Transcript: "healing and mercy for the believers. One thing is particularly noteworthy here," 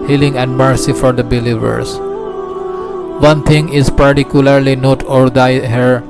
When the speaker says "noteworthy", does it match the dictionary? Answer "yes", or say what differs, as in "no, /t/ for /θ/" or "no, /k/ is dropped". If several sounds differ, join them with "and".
no, /ð/ is dropped